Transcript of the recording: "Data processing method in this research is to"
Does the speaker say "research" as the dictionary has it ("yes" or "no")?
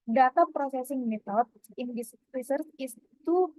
no